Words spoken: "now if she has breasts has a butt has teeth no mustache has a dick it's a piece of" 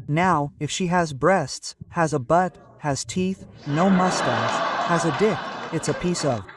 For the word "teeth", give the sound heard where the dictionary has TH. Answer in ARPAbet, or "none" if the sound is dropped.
TH